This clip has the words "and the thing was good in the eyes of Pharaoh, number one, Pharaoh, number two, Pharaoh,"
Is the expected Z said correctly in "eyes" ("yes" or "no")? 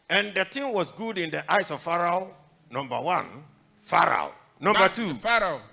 no